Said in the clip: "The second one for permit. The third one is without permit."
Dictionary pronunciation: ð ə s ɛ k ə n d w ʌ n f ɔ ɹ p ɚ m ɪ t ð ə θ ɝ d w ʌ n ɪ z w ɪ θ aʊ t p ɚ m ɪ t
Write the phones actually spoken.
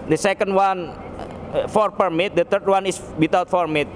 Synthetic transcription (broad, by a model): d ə s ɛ k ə n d w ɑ n f ɔ ɹ p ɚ m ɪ t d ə t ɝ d w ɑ n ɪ s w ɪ t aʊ t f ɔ m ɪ t